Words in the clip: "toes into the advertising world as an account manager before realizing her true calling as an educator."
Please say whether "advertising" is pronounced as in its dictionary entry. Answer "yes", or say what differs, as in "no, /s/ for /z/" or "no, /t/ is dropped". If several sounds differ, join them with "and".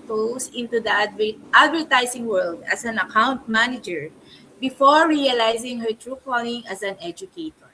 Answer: no, /s/ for /z/